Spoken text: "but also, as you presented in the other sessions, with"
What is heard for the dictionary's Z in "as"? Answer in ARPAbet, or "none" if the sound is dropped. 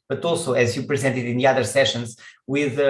Z